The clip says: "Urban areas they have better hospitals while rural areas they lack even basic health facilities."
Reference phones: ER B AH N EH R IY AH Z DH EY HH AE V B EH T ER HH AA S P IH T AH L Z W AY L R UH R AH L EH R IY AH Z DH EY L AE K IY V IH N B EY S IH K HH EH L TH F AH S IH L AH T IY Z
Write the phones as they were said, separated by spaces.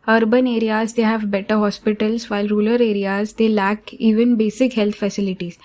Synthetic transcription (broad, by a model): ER B AH N EH R IY AH Z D EY HH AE V B EH T ER HH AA S P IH T AH L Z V AY L R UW L AH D EH R IY AH Z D EY L AE K IY V IH N B EY S IH K HH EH L T F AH S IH L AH T IY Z